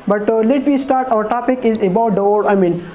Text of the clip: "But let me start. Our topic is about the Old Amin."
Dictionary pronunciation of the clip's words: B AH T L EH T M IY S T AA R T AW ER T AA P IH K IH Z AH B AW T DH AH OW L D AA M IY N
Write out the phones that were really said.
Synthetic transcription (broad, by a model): B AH T L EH T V IY S T AA R T AW ER T AA P IH K IH Z AH B AW T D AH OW D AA M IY N